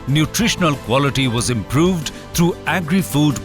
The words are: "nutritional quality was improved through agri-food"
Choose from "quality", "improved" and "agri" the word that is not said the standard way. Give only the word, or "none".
none